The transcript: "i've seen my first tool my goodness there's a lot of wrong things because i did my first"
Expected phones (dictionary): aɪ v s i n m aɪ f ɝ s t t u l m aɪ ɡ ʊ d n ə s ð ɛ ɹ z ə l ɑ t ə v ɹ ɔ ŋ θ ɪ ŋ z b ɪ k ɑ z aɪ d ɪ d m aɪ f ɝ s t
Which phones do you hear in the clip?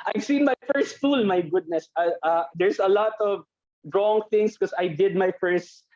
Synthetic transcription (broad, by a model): aɪ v s i n m aɪ f ɝ s t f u l m aɪ ɡ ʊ d n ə s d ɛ ɹ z ə l ɑ t ə v ɹ ɔ ŋ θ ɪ ŋ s k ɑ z aɪ d ɪ d m aɪ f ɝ s t